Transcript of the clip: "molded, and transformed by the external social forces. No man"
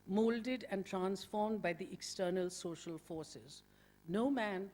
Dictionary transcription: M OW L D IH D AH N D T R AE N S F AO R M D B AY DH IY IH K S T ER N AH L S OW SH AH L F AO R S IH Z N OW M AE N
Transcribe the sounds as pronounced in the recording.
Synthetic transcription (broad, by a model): M OW L D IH D AH N D T R AE N S F AO R M D B AY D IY IH K S T ER N AH L S OW SH AH L F AO R S IH Z N OW M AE N